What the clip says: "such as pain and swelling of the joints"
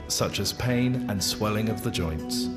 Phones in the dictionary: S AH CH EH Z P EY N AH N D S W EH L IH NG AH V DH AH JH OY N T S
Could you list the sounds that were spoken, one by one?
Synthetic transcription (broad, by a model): S AH CH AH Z P EY N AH N S W EH L IH NG AH V DH AH JH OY N T S